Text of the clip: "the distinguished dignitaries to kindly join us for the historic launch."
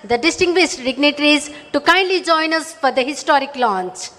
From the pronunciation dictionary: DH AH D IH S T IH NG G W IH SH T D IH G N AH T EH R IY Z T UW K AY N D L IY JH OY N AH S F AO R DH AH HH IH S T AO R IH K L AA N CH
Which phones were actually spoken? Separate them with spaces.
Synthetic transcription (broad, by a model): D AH D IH S T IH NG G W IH S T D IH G N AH T R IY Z T UW K AY N D L IY JH OY N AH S F AO R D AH HH IH S T AO R IH K L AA N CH